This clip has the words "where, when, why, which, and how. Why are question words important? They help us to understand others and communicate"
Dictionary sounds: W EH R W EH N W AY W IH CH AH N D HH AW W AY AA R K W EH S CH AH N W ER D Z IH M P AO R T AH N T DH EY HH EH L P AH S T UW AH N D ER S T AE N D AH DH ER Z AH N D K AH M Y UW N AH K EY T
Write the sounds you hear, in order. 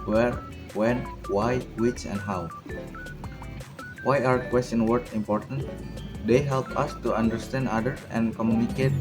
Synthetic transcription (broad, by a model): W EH R W EH N W AY W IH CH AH N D HH AW W AY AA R K W EH S CH AH N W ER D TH IH M P AO R T AH N T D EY HH EH L P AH S T UW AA N D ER S T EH N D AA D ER S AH N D K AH M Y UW N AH K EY T